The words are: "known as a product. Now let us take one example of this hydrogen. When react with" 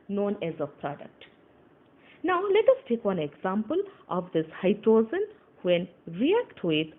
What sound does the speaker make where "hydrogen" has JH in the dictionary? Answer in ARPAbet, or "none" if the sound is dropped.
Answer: Z